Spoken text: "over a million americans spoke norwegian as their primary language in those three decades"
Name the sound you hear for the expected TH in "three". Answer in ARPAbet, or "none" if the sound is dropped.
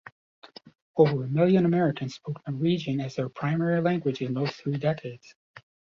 TH